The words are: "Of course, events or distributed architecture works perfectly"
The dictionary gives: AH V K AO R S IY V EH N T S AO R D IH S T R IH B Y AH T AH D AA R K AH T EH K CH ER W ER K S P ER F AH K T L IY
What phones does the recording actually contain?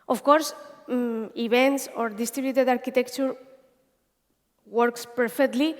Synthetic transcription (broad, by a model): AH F K AO R S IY B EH N T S AO R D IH S T R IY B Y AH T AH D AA R K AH T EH K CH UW W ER K S P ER F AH K T L IY